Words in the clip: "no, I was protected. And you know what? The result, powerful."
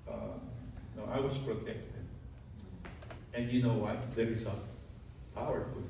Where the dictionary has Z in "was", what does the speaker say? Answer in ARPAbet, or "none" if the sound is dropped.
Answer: S